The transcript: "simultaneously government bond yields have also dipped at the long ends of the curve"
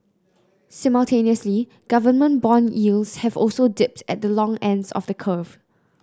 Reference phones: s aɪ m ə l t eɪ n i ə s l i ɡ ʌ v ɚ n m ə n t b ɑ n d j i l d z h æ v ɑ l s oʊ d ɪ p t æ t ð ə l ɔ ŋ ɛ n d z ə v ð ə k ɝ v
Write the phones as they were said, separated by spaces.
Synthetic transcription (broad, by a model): s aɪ m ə l t eɪ n i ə s l i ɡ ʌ v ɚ n m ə n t b ɑ n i l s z h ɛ v ɑ l s oʊ d ɪ p t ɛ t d ə l ɔ ŋ ɛ n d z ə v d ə k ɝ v